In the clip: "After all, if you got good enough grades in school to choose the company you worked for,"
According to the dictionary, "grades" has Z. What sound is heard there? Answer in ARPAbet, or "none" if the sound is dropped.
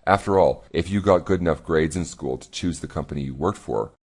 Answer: Z